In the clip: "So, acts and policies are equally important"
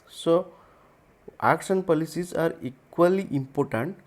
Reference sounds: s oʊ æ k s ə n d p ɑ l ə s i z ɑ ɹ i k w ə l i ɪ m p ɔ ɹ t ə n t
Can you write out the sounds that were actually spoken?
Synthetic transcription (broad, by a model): s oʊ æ k ʃ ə n p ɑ l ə s i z ɑ ɹ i k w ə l i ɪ m p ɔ ɹ t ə n t